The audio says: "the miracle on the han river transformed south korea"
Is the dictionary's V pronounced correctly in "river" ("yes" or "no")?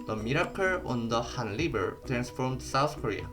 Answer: no